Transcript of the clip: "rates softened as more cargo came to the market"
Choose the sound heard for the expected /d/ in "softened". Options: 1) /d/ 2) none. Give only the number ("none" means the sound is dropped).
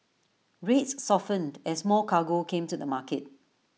1